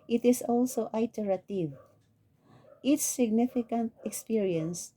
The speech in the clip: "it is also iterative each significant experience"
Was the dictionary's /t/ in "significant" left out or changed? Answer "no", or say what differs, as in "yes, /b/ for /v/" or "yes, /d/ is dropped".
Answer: no